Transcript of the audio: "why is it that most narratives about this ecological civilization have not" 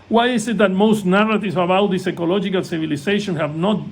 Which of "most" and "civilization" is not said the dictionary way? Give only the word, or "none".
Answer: civilization